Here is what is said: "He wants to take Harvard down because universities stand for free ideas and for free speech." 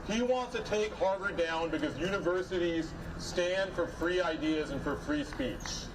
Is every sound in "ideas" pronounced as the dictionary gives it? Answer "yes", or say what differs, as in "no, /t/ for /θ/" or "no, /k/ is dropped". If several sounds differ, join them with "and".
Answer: yes